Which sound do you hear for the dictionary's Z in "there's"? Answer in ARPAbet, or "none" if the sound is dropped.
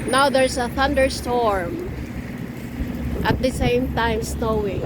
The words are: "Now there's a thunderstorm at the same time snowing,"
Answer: S